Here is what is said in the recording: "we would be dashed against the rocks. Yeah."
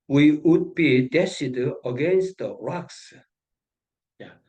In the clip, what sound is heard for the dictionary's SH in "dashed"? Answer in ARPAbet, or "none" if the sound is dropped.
S